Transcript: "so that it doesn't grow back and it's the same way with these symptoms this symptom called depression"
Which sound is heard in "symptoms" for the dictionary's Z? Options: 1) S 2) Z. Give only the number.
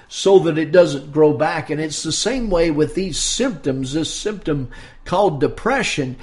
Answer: 2